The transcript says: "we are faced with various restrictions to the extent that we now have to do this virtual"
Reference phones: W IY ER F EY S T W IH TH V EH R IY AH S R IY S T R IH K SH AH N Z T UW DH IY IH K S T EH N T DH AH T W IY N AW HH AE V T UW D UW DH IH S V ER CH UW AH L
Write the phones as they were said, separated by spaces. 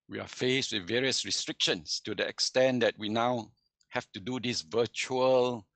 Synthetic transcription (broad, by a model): W IY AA F EY S T W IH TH V EH R IY AH S R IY S T R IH K SH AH N S T UW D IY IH K S T EH N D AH T W IY N AW HH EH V T UW D UW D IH S V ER CH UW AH L